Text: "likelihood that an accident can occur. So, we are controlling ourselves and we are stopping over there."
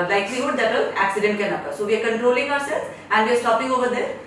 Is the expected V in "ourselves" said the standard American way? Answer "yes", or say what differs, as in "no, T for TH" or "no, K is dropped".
no, V is dropped